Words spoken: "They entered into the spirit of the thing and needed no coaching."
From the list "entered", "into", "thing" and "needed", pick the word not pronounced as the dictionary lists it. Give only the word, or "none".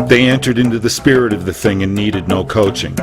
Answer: none